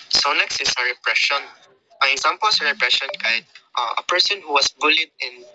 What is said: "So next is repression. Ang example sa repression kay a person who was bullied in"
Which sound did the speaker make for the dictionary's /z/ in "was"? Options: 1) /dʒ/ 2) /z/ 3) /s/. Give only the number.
3